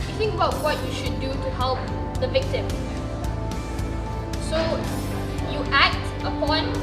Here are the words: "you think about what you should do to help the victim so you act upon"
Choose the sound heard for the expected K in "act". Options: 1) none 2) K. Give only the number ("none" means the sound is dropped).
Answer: 2